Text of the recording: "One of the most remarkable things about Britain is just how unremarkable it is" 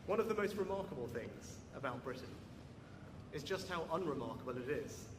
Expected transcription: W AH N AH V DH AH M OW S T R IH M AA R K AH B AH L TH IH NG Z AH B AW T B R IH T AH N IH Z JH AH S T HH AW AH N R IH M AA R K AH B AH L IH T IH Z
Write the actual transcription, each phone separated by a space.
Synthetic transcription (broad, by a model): W AH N AH V DH AH M OW S T R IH M AA K AH B AH L TH IH NG Z AH B AW T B R IH T N IH Z JH AH S T HH AW AH N R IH M AA K AH B AH L IH T IH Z